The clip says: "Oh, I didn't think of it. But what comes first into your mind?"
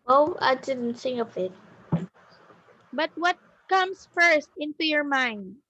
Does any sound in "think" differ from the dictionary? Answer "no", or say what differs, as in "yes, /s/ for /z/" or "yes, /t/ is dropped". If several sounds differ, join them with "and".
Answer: yes, /s/ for /θ/ and /k/ is dropped